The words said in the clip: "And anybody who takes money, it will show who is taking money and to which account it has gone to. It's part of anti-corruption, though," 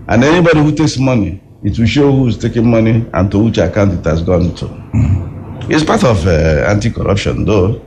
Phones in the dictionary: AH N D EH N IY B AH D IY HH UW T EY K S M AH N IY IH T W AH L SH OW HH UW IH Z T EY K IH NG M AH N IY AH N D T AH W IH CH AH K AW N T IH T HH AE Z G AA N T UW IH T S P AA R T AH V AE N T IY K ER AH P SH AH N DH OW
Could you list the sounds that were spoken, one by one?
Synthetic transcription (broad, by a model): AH N EH N IY B AH D IY HH UW T EY K S M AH N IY IH T W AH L SH OW HH UW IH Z T EY K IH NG M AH N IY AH N T AH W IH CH AH K AW N T IH T HH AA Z G AA N T UW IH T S P AA T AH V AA N T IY K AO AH P SH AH N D OW